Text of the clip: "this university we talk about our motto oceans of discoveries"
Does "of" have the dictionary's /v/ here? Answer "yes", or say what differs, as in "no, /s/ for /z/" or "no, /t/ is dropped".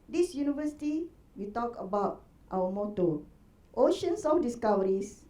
no, /f/ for /v/